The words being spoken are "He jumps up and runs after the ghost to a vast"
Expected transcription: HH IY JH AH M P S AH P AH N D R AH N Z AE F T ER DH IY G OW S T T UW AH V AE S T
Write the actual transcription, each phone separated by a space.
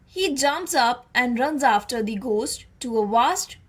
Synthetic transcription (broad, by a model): HH IY JH AH M P S AH P AH N D R AH N Z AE F T ER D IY G OW S T T UW AH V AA S T